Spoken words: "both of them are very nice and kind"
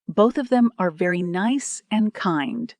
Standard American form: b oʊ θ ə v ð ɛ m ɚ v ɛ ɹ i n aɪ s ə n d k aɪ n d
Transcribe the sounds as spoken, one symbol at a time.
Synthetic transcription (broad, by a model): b oʊ θ ə v ð ɛ m ɚ v ɛ ɹ i n aɪ s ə n k aɪ n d